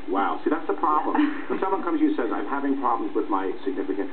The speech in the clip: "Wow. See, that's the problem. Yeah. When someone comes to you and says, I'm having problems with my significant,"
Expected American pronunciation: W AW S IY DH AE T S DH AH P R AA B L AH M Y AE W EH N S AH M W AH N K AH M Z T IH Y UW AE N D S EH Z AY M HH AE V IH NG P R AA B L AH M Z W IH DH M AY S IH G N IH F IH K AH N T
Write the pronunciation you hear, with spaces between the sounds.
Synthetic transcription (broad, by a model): W AW S IY DH AE T S DH AH P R AA B L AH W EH N S AH M W AH N K AH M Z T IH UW S EH Z AY M HH AE V IH NG P R AA B L AH M Z W IH DH M AY S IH G N IH F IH K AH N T